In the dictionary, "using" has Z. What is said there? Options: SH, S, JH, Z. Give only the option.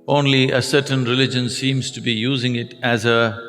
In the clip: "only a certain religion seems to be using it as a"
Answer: Z